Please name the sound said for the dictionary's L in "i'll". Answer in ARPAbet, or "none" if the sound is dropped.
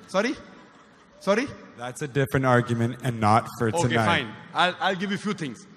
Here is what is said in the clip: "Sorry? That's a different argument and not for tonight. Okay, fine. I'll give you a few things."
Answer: L